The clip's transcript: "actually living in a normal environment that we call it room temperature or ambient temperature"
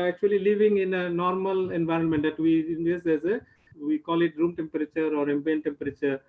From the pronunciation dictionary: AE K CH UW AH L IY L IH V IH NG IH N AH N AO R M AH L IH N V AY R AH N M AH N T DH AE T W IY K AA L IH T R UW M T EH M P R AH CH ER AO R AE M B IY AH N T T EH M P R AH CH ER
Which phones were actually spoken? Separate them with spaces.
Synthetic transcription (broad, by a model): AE K CH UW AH L IY L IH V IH NG IH N AH N AO R M AH L IH N V AY R AH N M AH N T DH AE T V IY K AA L IH T R UW M T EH M P R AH CH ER AO R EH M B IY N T T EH M P R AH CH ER